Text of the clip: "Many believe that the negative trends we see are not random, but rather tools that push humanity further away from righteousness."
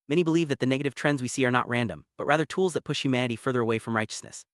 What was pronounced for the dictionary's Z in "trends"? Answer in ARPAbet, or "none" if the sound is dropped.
Z